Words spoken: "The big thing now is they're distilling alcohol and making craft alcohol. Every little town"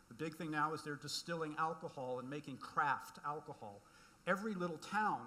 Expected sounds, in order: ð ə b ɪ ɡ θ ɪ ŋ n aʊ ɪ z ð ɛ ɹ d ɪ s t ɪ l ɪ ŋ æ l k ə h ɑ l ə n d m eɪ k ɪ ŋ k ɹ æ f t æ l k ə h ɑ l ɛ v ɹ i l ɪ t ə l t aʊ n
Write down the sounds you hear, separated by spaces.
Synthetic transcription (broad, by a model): ð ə b ɪ ɡ θ ɪ ŋ n aʊ ɪ z ð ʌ ɹ d ɪ s t ɪ l ɪ ŋ æ l k ə h ɑ l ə n m eɪ k ɪ ŋ k ɹ æ f t æ l k ə h ɑ l ɛ v ɹ i l ɪ t l t aʊ n